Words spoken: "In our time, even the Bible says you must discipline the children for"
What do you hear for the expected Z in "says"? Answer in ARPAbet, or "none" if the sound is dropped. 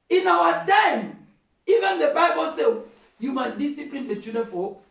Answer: none